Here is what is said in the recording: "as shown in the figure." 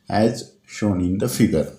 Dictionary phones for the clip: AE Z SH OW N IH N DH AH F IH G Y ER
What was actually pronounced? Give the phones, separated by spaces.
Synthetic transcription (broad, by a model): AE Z SH OW N IH N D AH F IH G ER